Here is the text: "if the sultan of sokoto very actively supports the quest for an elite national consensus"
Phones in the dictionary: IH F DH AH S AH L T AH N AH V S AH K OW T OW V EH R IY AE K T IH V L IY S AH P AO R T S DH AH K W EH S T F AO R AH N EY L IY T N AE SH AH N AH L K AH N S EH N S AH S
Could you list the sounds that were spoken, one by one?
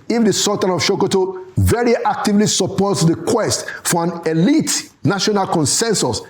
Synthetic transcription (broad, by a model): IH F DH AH S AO T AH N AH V SH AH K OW T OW V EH R IY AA K T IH V L IY S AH P AO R T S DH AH K W EH S T F AO R AH N EY L IY T N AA SH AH N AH L K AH N S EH N S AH S